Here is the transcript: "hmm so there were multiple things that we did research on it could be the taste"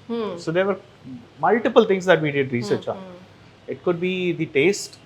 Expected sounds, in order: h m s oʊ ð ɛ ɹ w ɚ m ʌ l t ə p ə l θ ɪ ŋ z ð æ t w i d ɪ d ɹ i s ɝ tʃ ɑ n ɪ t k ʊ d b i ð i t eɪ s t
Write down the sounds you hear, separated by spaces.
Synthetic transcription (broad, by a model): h s oʊ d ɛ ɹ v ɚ m ʌ l t ə p ə l t ɪ ŋ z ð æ t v i d ɪ d ɹ i s ɝ tʃ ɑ ɪ t k ʊ d b i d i t eɪ s t